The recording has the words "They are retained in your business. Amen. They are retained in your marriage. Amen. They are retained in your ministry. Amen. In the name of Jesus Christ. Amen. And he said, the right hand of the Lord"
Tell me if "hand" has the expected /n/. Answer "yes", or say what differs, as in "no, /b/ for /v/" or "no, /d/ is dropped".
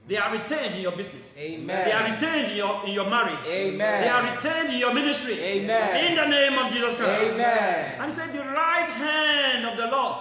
yes